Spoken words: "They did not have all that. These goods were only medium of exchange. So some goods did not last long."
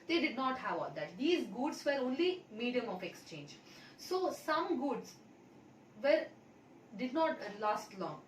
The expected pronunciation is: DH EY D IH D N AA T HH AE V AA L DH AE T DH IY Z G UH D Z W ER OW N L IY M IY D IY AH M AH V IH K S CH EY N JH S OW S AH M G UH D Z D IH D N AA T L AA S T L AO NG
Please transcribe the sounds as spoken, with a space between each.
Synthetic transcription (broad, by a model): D EY D IH D N AA T HH AE V AA L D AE T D IY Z G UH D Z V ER OW N L IY M IY D IY AH M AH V IH K S CH EY N JH S OW S AH M G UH D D D IH D N AA T L AA S T L AO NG